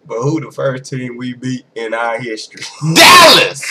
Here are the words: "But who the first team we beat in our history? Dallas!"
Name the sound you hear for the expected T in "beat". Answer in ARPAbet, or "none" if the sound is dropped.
none